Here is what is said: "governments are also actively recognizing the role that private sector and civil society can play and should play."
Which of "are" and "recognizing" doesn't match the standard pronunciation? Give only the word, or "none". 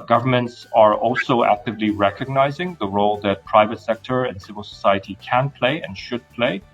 none